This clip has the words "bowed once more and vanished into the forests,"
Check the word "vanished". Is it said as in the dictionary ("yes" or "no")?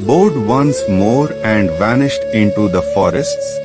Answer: yes